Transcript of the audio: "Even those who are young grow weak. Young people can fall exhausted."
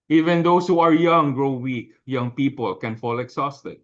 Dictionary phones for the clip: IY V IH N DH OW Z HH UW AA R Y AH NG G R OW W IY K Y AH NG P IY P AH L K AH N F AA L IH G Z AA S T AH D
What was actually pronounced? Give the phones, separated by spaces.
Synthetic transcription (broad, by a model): IY V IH N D OW S HH UW AA R Y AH NG G R OW W IY K Y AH NG P IY P AH L K AH N F AA L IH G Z AA S T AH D